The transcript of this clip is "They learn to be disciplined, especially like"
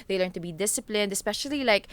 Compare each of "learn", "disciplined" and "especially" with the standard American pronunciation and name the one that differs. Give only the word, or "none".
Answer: none